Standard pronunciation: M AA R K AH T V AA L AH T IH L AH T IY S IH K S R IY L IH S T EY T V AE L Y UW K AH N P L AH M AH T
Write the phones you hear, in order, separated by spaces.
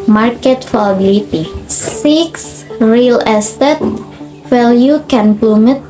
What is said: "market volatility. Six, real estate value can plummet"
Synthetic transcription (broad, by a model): M AA R K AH T F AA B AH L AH T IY S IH K S R IY L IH S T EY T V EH L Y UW K AH N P L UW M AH T